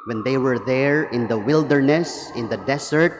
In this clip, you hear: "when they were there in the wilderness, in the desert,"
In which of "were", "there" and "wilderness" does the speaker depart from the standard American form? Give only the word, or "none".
none